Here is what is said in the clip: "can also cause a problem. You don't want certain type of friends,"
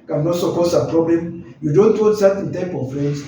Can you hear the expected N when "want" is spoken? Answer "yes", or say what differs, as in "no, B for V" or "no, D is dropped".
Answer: no, N is dropped